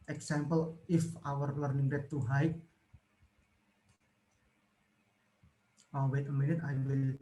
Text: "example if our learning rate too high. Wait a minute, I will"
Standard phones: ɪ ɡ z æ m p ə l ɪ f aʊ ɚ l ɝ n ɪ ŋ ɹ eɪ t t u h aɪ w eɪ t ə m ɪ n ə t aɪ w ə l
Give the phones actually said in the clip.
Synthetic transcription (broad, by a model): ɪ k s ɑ m p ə l ɪ f aʊ ɚ l ɝ n ɪ ŋ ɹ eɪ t t u h aɪ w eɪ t ə m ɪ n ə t aɪ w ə l